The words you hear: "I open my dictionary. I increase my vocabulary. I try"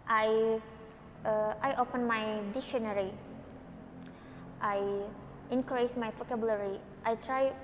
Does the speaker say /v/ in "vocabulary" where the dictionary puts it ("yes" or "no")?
no